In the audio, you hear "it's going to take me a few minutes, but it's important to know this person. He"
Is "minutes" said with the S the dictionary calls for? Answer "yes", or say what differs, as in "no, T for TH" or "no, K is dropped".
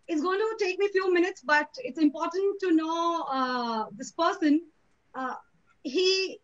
yes